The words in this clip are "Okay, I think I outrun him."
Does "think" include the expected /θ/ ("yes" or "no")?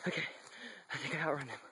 yes